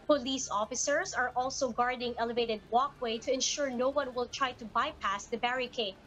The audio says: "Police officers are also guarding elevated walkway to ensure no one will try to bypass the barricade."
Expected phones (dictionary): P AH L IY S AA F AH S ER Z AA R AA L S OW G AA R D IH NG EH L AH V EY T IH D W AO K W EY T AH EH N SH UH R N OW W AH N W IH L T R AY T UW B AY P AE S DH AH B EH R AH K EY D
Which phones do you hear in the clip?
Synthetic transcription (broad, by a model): P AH L IY S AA F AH S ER S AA R AA L S OW G AA R D IH NG EH L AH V EY T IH D W AO K W EY T AH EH N SH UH R N OW W AH N W IH L T R AY T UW B AY P AE S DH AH B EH R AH K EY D